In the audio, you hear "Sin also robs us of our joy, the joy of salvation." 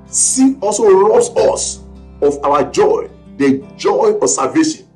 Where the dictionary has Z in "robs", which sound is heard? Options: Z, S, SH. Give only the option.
S